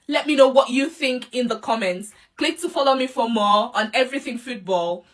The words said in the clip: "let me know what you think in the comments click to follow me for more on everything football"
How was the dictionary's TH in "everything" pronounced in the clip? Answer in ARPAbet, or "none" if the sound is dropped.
TH